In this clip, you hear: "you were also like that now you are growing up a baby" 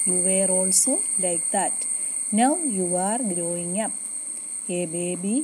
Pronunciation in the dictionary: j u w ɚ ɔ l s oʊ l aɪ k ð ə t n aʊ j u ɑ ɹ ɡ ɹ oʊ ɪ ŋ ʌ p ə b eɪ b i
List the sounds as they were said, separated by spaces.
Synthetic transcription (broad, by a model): j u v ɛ ɔ l s oʊ l aɪ k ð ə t n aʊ j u ɑ ɹ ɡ ɹ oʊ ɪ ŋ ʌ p ə b eɪ b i